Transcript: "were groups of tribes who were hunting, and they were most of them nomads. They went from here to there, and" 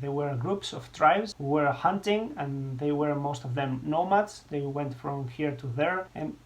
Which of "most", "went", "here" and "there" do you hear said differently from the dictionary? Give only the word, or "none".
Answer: none